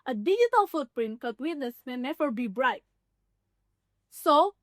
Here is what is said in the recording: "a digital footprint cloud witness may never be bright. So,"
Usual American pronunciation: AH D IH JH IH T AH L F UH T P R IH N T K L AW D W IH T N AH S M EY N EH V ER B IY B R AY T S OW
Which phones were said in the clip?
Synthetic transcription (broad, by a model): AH D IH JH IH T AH L F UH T P R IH N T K AW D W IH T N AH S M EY N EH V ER B IY B R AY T S OW